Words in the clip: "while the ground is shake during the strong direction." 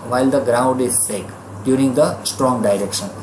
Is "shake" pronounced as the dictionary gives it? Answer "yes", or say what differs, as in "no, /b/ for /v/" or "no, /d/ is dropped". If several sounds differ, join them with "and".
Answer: no, /s/ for /ʃ/